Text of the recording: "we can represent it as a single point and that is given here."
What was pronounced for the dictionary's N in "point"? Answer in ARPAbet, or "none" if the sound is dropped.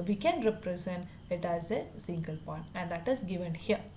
none